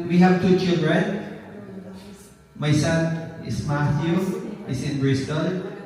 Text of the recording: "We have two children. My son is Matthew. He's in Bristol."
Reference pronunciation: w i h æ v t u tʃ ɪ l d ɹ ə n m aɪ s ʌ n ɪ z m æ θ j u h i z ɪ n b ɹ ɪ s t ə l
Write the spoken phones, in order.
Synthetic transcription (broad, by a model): w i h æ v t u tʃ ɪ l d ɹ ə n m aɪ s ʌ n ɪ s m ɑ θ j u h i s ɪ n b ɹ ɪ s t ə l